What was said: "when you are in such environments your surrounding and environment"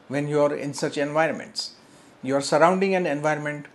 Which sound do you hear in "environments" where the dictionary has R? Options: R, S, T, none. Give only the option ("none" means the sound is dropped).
R